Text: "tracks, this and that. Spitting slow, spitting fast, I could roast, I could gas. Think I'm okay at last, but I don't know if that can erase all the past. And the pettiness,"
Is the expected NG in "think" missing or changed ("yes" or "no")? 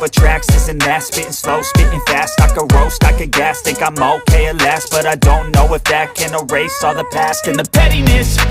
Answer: yes